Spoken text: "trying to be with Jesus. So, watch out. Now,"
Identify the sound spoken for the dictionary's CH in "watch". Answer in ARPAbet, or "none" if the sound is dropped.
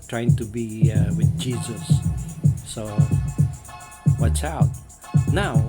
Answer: S